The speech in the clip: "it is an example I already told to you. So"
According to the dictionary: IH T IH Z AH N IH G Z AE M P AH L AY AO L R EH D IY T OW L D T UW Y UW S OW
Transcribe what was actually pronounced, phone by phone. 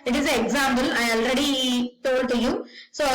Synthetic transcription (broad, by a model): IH T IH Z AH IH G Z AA M B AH L AY AO L R EH D IY T OW L D T UW Y UW S OW